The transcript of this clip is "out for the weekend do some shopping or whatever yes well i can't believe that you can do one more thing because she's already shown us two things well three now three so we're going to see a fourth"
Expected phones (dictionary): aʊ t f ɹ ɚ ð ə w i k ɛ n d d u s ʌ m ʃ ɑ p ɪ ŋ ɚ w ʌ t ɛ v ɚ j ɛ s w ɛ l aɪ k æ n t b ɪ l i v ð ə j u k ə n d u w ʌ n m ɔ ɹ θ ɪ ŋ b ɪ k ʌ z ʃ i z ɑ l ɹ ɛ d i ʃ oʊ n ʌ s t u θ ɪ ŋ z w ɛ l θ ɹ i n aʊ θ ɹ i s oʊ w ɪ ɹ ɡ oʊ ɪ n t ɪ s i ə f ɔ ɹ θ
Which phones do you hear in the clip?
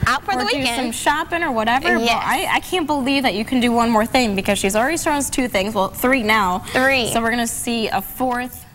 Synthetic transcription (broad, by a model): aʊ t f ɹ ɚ ð ə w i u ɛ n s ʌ m ʃ ɑ p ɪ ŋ ɚ w ʌ t ɛ v ɚ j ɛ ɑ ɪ aɪ k æ n b ɪ l i v ð ə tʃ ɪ k ə n d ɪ w ʌ n m ɔ ɹ θ ɪ ŋ b ɪ k ʌ z ʃ i z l ɹ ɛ d i s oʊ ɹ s t u θ ɪ ŋ z w ɛ l θ ɹ i n aʊ θ ɹ i s oʊ w ɪ ɹ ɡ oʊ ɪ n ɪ s i ə f ɔ ɹ θ